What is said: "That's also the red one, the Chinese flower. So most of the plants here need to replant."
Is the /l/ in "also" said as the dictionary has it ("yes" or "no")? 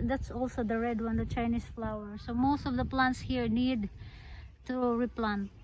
yes